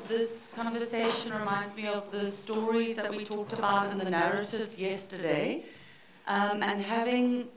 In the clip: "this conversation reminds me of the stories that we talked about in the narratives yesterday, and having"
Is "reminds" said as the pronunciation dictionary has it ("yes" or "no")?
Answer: yes